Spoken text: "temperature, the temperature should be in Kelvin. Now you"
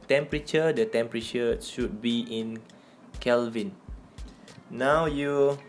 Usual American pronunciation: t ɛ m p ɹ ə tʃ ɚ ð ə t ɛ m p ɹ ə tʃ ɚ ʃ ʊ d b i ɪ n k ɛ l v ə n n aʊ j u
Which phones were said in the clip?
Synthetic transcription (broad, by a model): t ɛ m p ɹ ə tʃ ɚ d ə t ɛ m p ɹ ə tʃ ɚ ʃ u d b i ɪ n k ɛ l v ə n n aʊ j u